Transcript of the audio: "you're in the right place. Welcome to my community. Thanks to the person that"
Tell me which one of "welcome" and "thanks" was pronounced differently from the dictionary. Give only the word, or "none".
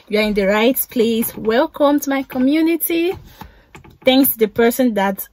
none